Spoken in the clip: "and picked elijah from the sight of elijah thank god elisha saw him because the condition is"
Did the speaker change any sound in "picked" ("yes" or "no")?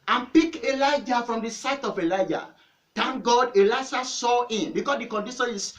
yes